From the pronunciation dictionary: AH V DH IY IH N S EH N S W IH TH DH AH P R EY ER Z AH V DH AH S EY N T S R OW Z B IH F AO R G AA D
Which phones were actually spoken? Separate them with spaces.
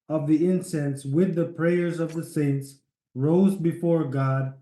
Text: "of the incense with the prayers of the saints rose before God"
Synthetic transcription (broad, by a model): AH V DH IY IH N S EH N S W IH DH AH P R EY ER Z AH V DH AH S EY N T S R OW Z B IH F AO R G AA D